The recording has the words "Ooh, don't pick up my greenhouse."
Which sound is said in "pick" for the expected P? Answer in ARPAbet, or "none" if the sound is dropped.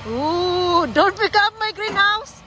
B